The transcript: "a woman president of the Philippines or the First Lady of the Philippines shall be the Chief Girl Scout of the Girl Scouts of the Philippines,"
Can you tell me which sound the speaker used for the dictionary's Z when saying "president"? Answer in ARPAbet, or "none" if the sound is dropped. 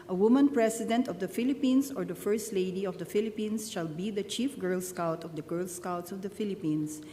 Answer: S